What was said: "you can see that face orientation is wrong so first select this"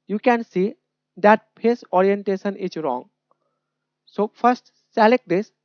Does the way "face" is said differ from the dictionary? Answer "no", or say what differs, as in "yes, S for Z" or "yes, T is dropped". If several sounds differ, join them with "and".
yes, P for F